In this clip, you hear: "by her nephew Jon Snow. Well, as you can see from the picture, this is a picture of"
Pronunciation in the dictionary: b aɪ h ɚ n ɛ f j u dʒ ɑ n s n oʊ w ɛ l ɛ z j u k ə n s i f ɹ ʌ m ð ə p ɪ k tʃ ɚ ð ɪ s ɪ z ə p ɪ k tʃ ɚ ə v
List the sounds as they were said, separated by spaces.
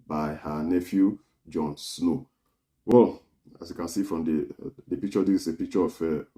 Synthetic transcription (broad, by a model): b aɪ h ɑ n ɛ f j u dʒ ɑ n s n oʊ w ɛ l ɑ s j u k ə n s i f ɹ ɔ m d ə p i k tʃ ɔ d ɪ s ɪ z ə p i k tʃ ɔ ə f